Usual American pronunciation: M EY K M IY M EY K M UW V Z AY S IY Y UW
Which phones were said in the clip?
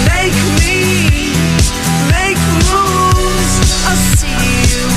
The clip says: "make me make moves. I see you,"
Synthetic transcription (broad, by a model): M EY K M IY M EY K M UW Z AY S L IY